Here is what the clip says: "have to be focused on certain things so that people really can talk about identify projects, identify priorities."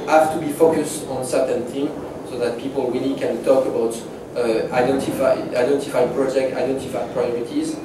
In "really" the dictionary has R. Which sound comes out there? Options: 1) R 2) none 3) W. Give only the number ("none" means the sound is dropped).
3